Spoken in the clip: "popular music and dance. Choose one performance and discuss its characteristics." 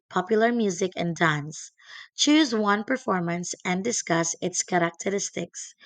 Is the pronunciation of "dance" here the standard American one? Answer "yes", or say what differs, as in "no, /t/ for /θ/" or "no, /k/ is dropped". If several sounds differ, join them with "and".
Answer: yes